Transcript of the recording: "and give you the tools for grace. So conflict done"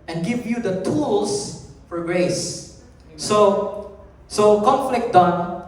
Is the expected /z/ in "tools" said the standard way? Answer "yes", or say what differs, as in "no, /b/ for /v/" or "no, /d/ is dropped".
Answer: no, /s/ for /z/